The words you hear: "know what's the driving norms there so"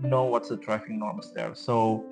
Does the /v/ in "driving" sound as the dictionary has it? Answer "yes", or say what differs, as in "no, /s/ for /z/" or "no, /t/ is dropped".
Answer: no, /f/ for /v/